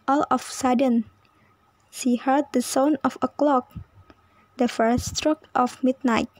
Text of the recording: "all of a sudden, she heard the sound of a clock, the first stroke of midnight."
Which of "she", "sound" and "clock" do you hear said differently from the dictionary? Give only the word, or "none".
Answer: sound